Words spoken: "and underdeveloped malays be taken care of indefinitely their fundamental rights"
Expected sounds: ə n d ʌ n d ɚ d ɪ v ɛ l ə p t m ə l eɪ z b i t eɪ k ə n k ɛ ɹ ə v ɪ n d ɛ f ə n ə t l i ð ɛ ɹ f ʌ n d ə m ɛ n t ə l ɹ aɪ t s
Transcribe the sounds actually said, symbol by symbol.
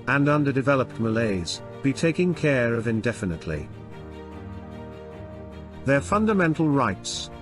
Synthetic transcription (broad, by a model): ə n ʌ n d ɚ d ɪ v ɛ l ə p t m ə l eɪ z b i t eɪ k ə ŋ k ɛ ɹ ə v ɪ n d ɛ f ə n ə t l i ð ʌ ɹ f ʌ n d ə m ɛ n t l ɹ aɪ t s